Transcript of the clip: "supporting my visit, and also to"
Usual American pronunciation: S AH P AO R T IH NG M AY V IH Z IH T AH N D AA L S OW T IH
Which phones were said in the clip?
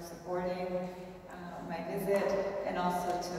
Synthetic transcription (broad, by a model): S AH P AO R T IH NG M AY V IH Z IH T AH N AA L S OW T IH